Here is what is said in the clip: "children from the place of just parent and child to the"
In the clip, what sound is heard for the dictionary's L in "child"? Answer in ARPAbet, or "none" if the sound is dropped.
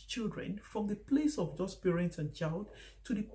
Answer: L